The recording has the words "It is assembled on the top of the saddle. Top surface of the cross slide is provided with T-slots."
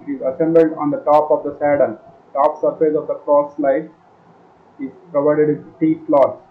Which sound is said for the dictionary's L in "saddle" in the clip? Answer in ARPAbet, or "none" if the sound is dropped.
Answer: N